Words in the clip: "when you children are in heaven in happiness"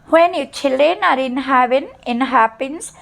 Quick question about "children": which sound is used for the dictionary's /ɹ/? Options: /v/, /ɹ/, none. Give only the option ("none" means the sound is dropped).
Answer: none